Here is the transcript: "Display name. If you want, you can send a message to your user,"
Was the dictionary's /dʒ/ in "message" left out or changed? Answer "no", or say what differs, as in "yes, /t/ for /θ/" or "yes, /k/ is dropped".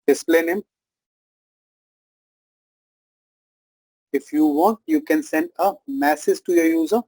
yes, /z/ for /dʒ/